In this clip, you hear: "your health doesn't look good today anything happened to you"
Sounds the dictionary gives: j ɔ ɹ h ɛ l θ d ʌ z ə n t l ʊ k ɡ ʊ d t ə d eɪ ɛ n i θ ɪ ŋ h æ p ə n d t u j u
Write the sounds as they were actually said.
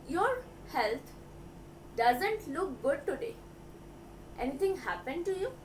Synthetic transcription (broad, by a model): j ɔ ɹ h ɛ l t d ʌ z ə n t l ʊ k ɡ ʊ d t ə d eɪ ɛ n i t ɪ ŋ h æ p ə n d t u j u